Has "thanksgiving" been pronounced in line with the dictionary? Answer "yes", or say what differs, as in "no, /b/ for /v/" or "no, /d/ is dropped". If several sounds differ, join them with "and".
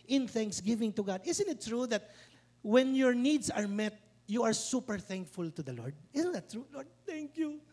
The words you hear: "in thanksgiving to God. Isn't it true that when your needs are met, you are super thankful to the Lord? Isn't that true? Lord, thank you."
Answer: yes